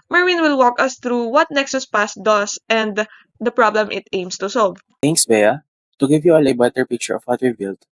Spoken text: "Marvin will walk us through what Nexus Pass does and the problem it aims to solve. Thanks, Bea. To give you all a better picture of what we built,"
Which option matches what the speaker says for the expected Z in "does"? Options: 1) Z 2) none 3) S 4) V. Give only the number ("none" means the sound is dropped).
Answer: 3